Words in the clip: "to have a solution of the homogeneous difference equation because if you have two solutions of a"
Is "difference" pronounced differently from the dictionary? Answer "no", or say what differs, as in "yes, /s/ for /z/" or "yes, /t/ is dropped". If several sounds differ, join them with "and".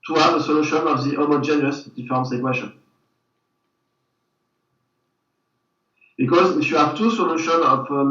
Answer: yes, /ɹ/ is dropped